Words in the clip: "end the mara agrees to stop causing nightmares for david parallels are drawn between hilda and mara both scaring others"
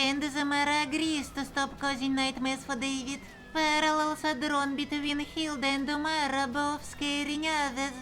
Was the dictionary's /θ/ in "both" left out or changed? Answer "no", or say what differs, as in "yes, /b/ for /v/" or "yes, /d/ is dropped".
yes, /f/ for /θ/